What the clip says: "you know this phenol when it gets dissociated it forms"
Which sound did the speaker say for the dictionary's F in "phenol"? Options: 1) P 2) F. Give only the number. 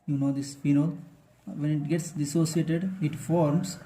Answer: 1